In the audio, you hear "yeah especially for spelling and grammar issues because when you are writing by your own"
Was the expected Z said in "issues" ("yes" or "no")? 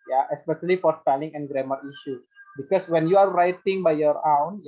no